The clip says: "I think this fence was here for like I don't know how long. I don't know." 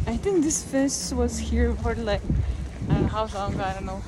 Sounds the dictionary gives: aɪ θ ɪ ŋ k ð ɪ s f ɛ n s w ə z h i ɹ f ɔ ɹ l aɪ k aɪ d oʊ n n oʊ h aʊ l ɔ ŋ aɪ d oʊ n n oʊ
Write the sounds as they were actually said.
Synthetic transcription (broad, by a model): aɪ θ ɪ ŋ k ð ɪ s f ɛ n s w ə z h i ɹ p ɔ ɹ l aɪ k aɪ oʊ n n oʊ h aʊ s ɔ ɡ aɪ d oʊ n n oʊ